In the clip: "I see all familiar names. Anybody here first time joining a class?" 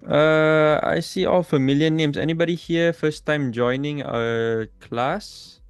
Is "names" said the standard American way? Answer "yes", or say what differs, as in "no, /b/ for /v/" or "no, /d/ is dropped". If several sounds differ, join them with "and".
no, /s/ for /z/